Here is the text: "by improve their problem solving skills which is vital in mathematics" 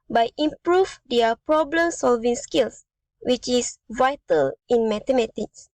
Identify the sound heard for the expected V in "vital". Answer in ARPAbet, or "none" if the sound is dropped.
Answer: V